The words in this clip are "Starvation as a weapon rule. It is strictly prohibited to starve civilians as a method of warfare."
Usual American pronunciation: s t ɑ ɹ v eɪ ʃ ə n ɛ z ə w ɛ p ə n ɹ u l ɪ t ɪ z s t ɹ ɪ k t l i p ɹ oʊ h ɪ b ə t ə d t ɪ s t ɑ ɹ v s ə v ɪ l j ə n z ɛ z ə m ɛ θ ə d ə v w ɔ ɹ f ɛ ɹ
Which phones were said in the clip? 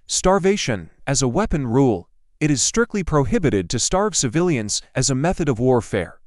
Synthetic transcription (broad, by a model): s t ɑ ɹ v eɪ ʃ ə n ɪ z ə w ɛ p ə n ɹ u l ɪ t ɪ z s t ɹ ɪ k t l i p ɹ oʊ h ɪ b ə t ə d t ɪ s t ɑ ɹ v s ə v ɪ l j ə n z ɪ z ə m ɛ θ ə d ə v w ɔ ɹ f ɛ ɹ